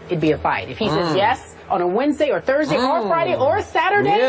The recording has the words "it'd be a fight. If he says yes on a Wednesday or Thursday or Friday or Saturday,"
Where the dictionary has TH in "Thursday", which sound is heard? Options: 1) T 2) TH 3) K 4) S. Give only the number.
2